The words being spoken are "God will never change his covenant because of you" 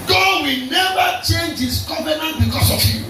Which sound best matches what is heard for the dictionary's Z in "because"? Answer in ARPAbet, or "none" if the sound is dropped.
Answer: S